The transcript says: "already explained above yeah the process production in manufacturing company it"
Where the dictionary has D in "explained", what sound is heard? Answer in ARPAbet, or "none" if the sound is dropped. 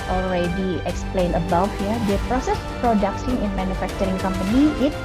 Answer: none